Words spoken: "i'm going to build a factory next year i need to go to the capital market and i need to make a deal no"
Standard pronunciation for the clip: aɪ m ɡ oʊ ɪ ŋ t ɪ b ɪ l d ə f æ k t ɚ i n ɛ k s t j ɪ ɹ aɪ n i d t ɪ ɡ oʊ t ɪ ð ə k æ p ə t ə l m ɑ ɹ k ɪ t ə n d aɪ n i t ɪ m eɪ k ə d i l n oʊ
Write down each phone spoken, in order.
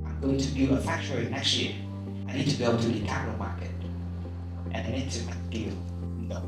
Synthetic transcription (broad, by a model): aɪ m ɡ oʊ ɪ ŋ t ɪ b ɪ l ə f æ k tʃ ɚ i n ɛ k s t j ɪ ɹ aɪ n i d t ɪ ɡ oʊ t ɪ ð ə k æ p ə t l m ɑ ɹ k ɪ t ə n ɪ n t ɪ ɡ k ə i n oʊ